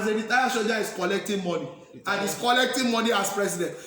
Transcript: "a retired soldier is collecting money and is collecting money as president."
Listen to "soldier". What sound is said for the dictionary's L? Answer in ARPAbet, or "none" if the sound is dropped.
none